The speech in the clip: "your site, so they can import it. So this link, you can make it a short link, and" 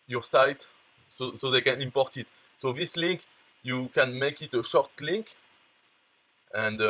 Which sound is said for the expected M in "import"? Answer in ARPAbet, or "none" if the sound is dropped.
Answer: M